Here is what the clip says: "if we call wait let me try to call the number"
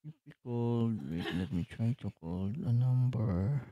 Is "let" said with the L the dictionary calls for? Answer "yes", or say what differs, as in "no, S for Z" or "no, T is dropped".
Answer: yes